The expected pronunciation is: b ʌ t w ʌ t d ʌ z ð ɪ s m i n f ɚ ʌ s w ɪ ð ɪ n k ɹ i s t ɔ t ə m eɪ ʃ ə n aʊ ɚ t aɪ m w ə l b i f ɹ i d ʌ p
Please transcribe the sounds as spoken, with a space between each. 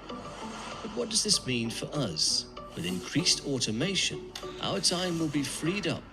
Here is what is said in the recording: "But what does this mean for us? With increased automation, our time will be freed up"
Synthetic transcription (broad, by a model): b ʌ t w ʌ t d ʌ z ð ɪ s m i n f ɚ ʌ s w ɪ ð ɪ n k ɹ i s t ɔ t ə m eɪ ʃ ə n aʊ ɚ t aɪ m w ə l b i f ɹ i d ʌ p